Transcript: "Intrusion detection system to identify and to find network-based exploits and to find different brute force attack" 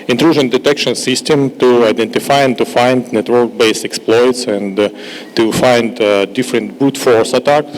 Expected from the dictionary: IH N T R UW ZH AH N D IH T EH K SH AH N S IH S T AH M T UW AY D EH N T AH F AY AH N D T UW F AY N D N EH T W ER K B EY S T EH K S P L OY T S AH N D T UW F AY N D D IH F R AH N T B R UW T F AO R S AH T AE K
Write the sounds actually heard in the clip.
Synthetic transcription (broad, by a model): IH N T R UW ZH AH N D IH T EH K SH AH N S IH S T AH M T UW AY D EH N T AH F AY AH N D T UW F AY N D N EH T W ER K B EY S EH K S P L OY T S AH N T UW F AY N D D IH F R AH N T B UW T F AO R S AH T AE K